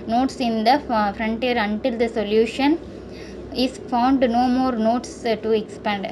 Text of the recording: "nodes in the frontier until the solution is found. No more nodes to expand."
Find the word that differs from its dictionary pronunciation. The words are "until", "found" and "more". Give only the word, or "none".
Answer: none